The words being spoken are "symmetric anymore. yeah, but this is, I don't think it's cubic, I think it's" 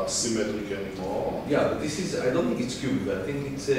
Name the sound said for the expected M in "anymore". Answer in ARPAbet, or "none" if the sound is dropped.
none